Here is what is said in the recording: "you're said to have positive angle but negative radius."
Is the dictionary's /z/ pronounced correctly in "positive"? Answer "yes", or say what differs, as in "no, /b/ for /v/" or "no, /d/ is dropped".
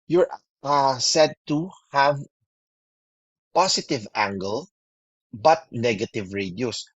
no, /s/ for /z/